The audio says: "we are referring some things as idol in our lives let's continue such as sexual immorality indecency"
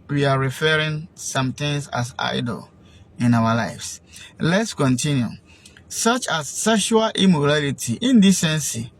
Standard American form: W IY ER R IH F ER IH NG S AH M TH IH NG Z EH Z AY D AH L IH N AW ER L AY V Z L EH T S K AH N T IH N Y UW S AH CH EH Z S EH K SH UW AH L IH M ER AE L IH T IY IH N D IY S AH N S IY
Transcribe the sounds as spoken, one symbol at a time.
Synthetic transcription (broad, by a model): W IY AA R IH F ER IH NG S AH M T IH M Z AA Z AY D AH L IH N AW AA L AY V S L EH T S K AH N T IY N Y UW S AH CH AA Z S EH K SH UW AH L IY M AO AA L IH T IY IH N D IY S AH N S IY